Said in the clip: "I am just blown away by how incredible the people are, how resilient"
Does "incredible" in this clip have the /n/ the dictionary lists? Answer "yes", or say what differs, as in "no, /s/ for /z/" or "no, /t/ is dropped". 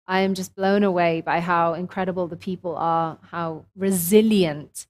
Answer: yes